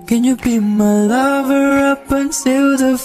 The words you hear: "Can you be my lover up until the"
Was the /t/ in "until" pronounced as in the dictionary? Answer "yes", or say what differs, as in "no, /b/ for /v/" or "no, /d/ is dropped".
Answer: no, /s/ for /t/